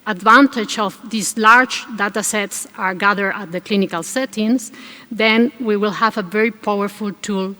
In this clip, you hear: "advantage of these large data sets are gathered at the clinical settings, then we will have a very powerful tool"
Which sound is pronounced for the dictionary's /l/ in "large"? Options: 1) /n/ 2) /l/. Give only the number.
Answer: 2